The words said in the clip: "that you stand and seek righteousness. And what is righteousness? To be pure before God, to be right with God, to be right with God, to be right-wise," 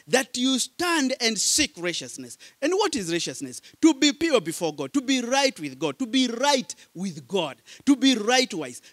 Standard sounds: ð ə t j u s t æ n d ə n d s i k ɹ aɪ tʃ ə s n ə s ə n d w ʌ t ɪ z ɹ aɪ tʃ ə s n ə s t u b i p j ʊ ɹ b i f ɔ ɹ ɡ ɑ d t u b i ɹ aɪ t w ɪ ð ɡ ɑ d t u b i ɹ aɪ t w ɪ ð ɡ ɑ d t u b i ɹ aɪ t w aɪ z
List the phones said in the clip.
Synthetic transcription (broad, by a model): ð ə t j u s t æ n d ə n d s i k ɹ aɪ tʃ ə s n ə s ə n d w ʌ t ɪ z ɹ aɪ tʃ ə s n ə s t u b i p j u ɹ b i f ɔ ɹ ɡ ɑ d t u b i ɹ aɪ t w ɪ ð ɡ ɑ d t u b i ɹ aɪ t w ɪ ð ɡ ɑ d t u b i ɹ aɪ t w aɪ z